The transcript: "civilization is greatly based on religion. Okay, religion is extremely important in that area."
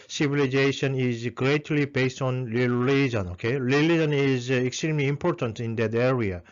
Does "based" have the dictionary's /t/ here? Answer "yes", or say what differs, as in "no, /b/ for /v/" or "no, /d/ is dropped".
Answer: yes